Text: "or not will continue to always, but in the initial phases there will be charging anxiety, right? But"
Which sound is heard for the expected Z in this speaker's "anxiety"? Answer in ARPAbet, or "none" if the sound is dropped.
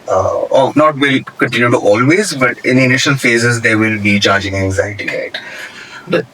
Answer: Z